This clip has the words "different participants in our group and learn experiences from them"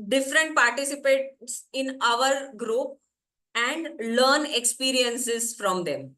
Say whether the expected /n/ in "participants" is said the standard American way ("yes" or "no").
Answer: no